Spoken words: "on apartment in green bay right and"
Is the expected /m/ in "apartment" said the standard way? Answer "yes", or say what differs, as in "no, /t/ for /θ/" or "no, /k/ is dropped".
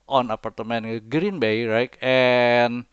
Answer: no, /m/ is dropped